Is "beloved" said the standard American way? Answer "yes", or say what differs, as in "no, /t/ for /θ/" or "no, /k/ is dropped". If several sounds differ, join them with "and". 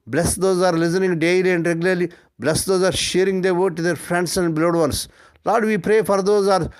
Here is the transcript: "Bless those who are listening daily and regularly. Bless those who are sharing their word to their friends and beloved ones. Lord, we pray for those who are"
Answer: no, /v/ is dropped